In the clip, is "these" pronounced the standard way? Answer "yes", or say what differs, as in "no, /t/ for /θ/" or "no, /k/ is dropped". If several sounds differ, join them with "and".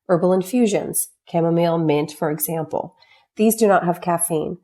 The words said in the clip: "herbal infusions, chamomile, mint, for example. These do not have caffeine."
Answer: yes